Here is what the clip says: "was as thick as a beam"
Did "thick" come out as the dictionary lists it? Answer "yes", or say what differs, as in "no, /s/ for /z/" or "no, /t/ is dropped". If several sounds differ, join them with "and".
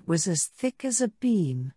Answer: yes